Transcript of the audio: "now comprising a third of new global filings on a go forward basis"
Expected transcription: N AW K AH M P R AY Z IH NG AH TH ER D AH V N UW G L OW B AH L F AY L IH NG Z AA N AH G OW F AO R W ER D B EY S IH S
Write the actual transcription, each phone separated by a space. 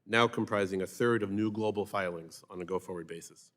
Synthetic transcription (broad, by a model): N AW K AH M P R AY Z IH NG AH TH ER D AH V N UW G L OW B L F AY L IH NG Z N AH G OW F AO R W ER D B EY S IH S